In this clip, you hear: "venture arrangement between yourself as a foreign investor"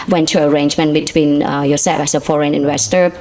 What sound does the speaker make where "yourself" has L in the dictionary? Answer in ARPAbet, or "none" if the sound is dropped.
none